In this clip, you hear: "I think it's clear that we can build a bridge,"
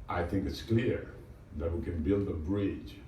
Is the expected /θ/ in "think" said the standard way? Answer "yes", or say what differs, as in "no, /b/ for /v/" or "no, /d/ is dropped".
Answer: yes